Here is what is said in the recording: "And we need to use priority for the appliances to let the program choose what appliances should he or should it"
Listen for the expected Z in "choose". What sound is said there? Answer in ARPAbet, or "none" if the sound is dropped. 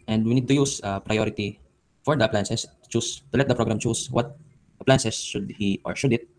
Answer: S